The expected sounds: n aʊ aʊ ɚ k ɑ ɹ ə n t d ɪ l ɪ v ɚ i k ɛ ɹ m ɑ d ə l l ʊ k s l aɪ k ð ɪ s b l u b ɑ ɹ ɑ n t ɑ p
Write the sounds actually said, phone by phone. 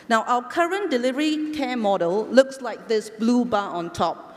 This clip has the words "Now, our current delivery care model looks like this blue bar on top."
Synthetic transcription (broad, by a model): n aʊ aʊ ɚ k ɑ ɹ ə n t d ɪ l ɪ v ɚ i k ɛ m ɑ d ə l l ʊ k s l aɪ k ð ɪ s b l u b ɑ ɑ n t ɑ p